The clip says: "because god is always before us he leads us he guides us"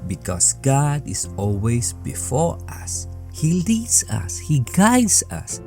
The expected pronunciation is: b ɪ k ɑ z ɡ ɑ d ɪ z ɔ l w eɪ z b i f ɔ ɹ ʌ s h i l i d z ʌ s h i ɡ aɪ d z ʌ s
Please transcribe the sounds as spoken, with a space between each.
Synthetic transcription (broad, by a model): b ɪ k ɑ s ɡ ɑ d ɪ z ɔ l w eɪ s b i f ɔ ɹ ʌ s h i l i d s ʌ s h i ɡ aɪ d s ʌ s